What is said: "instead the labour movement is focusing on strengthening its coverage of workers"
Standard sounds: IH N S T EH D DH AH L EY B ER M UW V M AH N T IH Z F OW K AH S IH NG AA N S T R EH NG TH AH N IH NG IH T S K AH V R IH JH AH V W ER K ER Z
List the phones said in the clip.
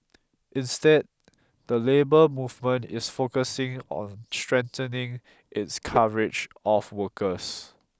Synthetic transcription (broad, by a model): IH N S T EH D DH AH L EY B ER M UW V M AH N T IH S F OW K AH S IH NG AA N S T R EH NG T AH N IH NG IH T S K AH R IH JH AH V W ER K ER S